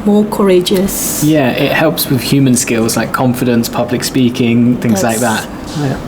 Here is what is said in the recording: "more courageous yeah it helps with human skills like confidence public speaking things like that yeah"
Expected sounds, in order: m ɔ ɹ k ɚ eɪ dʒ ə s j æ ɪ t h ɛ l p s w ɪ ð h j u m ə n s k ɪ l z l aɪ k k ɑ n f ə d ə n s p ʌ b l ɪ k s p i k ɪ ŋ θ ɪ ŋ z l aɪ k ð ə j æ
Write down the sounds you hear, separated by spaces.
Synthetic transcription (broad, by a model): m ɔ k ɚ eɪ dʒ ə s j æ ɪ t h ɛ l p s w ɪ ð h j u m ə n s k ɪ l z l aɪ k k ɑ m f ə d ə n s p ʌ b l ɪ k s p i k ɪ ŋ θ ɪ ŋ z l aɪ k ð ə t